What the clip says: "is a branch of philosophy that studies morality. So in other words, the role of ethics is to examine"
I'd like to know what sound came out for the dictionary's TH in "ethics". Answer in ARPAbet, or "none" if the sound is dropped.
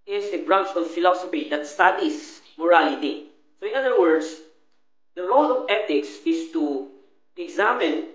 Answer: T